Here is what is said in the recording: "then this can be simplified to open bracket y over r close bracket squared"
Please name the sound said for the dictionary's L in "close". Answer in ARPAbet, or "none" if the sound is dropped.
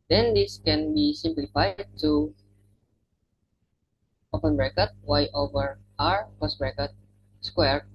none